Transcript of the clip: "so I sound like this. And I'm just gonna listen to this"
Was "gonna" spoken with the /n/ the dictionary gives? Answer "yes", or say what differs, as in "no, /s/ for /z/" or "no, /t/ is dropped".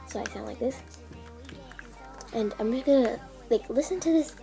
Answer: no, /n/ is dropped